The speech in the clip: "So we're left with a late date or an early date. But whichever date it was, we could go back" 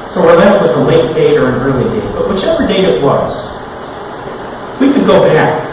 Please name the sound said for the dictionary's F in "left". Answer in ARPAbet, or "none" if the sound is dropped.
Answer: none